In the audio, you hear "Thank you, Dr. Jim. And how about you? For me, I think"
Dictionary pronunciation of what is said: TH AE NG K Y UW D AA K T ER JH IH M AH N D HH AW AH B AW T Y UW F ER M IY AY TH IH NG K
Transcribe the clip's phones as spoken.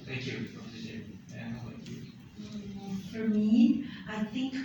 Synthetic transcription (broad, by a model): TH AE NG K Y UW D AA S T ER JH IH AH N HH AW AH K Y UW F ER M IY AY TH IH NG K